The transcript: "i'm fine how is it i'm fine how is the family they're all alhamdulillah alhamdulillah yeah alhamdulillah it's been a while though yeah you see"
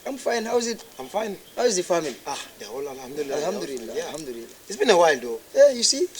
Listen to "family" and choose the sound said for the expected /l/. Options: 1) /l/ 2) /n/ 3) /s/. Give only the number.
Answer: 2